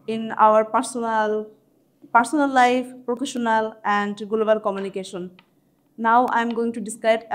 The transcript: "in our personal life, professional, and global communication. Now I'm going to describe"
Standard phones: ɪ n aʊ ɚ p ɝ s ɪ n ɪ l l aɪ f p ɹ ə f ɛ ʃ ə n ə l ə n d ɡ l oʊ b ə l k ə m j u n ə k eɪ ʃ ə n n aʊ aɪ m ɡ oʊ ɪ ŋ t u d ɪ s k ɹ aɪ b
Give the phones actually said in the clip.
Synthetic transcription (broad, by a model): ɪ n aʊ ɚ p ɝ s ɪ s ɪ n l aɪ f p ɹ ə f ɛ ʃ ə n ə l ə n d ɡ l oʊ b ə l k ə m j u n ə k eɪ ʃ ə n n aʊ aɪ m ɡ oʊ ɪ ŋ t u d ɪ s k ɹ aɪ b